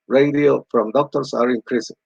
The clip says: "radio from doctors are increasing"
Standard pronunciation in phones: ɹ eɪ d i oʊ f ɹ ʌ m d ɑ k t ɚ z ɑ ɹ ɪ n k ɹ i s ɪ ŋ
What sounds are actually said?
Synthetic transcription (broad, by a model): ɹ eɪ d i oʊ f ɹ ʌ m d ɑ k t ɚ s ɑ ɹ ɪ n k ɹ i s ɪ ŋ